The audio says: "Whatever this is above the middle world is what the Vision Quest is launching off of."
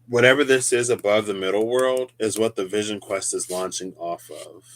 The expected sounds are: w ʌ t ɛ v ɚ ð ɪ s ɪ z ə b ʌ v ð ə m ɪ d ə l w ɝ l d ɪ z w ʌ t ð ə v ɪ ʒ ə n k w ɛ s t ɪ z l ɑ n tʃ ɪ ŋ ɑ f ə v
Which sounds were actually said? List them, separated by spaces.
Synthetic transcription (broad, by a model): w ʌ t ɛ v ɚ ð ɪ s ɪ z ə b ʌ v ð ə m ɪ d l w ɝ l d ɪ z w ʌ t ð ə v ɪ ʒ ə n k w ɛ s t ɪ z l ɑ n tʃ ɪ ŋ ɑ f ə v